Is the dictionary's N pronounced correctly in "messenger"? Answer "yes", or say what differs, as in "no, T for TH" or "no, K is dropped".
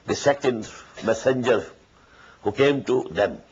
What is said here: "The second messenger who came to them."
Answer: yes